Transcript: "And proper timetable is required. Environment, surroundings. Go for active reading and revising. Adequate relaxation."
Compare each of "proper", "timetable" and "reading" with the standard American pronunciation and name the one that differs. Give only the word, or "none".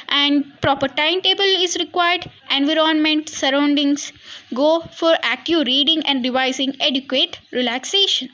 none